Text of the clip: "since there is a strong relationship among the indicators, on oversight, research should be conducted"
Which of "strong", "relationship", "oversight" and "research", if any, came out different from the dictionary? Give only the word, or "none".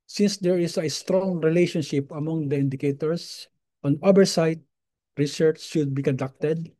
oversight